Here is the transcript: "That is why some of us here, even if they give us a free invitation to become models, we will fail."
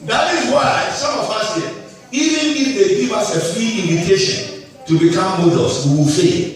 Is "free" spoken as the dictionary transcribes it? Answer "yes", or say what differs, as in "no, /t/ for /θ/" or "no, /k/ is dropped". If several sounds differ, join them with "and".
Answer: yes